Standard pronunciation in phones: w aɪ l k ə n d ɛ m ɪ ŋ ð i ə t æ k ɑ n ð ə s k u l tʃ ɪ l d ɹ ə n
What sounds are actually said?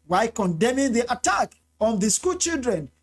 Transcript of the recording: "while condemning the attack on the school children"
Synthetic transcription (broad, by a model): w aɪ k ə n d ɛ m ɪ ŋ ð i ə t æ k ɑ n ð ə s k u l tʃ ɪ l d ɹ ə n